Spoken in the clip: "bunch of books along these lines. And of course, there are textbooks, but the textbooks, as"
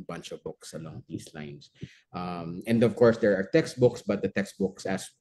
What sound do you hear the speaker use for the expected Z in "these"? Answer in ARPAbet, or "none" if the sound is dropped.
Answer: S